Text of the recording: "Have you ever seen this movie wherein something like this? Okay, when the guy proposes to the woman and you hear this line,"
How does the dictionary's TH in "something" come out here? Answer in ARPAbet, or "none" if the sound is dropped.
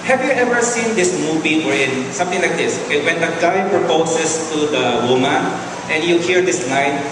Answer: T